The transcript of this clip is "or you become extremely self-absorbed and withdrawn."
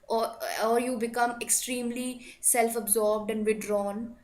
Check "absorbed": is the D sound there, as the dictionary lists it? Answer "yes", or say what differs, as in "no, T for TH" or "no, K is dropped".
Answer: yes